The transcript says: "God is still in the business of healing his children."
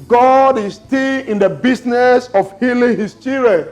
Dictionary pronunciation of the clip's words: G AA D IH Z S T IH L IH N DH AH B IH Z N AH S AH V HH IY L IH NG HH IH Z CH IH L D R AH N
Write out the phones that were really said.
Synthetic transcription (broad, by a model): G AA D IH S T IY L IH N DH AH B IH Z N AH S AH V HH IY L IH NG HH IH S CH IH R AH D